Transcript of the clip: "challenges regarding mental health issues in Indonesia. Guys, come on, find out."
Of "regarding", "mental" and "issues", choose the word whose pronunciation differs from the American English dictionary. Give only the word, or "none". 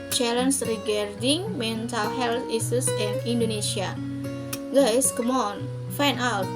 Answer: issues